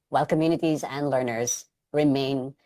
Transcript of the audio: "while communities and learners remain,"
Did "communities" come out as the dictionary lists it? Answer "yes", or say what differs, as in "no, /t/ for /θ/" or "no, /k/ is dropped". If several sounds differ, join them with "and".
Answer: yes